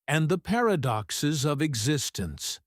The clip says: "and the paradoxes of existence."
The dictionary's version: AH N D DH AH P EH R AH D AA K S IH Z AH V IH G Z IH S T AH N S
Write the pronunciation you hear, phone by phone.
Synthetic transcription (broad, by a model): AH N DH AH P EH R AH D AA K S IH Z AH V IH G Z IH S T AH N S